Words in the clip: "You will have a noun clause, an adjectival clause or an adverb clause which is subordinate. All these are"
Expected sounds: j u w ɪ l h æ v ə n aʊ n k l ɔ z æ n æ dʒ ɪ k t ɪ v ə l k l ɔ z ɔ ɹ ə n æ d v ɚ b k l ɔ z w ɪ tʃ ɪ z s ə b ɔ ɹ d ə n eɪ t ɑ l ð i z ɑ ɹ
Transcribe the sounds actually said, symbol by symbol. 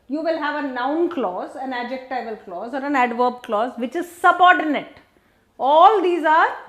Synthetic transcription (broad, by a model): j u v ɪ l h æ v ə n aʊ n k l ɔ z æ n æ dʒ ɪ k t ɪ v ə l k l ɔ z ɔ ɹ ə n æ d v ɚ b k l ɔ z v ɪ tʃ ɪ z s ə b ɔ ɹ d ə n eɪ t ɑ l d i z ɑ ɹ